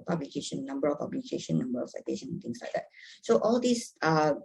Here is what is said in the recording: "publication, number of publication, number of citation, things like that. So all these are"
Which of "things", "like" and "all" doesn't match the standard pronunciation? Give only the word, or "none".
things